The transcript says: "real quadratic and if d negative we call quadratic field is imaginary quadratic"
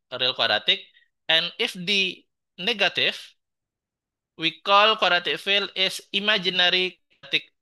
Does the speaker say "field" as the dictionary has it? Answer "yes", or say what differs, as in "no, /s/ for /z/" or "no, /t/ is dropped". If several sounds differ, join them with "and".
no, /d/ is dropped